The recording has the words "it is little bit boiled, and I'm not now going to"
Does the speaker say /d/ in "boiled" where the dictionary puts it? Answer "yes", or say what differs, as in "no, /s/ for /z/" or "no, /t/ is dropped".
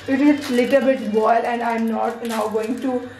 no, /d/ is dropped